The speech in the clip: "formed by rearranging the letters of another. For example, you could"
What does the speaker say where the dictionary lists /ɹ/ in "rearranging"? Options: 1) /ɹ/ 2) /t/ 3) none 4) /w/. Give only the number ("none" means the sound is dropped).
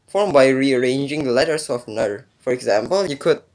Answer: 1